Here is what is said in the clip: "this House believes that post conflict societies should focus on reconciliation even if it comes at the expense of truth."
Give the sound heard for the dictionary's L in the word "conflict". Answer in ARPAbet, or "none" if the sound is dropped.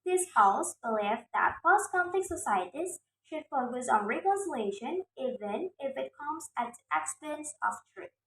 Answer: none